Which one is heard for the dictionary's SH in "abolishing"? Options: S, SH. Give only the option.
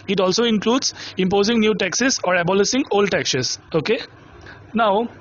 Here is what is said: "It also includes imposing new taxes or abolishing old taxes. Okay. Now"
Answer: S